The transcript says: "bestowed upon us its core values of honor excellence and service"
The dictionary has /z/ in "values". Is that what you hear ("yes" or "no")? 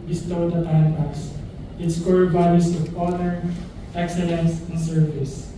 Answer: no